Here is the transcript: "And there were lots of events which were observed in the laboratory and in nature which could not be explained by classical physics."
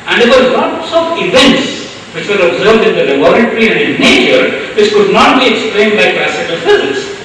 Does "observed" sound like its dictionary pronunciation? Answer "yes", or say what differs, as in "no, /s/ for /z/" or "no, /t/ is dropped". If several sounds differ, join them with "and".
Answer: yes